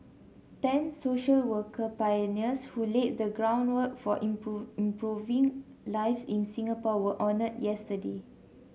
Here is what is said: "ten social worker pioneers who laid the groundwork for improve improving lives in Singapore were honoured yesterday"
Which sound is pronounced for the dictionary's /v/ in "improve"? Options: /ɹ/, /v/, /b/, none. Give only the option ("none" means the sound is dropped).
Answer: none